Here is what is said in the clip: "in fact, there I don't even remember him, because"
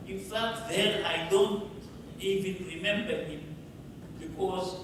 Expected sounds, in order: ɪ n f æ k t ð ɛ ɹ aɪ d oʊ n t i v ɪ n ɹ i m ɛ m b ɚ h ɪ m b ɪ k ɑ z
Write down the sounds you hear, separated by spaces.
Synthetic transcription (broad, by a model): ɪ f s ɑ t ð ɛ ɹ aɪ d oʊ n t i v ɪ n ɹ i m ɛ m b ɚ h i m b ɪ k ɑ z